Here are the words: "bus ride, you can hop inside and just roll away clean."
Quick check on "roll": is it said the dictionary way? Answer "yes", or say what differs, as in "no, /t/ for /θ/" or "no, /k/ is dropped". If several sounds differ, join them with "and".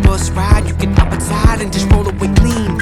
no, /n/ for /l/